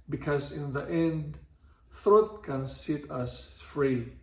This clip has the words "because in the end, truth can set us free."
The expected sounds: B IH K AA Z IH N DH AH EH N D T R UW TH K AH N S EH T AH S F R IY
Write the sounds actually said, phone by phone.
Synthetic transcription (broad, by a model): B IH K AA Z IH N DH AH EH N D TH R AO T K AH N S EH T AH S F R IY